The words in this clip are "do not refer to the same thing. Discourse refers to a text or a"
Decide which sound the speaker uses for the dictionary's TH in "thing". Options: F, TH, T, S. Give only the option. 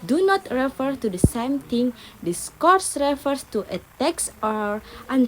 T